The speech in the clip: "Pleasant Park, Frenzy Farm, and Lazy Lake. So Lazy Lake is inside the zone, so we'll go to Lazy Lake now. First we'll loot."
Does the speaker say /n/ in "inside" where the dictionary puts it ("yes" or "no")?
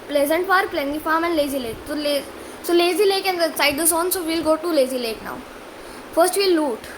no